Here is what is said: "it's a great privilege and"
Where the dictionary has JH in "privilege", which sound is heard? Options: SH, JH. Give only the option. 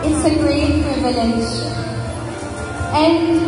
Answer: SH